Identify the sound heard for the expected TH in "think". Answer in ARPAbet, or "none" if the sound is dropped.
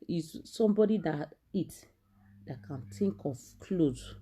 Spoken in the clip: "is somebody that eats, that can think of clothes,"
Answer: T